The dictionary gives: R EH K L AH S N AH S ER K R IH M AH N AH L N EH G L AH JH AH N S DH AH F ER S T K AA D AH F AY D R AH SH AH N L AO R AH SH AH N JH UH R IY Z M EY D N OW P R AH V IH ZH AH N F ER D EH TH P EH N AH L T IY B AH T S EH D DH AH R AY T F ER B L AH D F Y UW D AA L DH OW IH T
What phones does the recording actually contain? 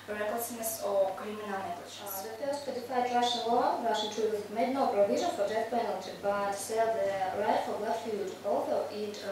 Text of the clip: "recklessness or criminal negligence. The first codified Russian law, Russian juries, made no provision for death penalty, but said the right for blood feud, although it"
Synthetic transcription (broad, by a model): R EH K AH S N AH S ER K R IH M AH N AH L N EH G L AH CH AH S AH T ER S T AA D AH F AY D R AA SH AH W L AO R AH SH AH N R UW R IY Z M EY D N OW P R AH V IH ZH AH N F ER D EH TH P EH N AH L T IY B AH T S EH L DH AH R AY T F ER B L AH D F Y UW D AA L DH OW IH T